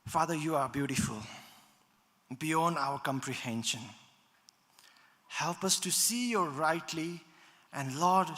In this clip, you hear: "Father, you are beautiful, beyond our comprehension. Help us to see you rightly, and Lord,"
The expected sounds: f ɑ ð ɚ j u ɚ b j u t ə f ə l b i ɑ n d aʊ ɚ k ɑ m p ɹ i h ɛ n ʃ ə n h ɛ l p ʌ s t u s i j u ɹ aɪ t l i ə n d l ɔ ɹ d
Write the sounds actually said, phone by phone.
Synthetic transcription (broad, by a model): f ɑ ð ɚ j u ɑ b j u t ə f ə l b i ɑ n d aʊ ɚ k ɑ m p ɹ i h ɛ n ʃ ə n h ɛ l p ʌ s t u s i j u ɹ aɪ t l i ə n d l ɔ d